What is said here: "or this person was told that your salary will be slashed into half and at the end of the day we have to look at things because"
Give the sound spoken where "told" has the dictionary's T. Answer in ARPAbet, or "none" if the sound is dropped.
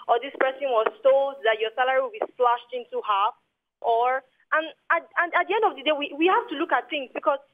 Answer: S